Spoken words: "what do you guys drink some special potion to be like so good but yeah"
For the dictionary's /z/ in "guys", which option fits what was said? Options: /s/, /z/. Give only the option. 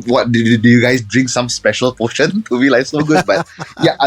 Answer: /s/